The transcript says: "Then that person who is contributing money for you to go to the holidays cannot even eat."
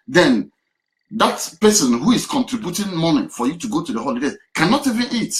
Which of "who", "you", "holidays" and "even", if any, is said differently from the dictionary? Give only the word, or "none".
holidays